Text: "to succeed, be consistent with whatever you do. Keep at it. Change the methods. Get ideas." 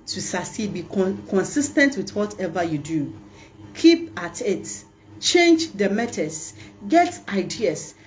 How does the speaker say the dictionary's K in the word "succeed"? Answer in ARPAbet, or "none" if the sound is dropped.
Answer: none